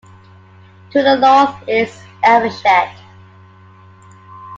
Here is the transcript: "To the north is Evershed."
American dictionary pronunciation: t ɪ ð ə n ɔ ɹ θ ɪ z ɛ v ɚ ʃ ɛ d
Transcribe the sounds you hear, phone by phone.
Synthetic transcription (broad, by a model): t ɪ ð ə l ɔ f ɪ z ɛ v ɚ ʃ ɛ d